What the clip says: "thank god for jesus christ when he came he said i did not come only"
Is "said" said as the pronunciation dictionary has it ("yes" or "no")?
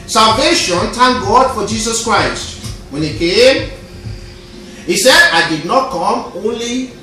yes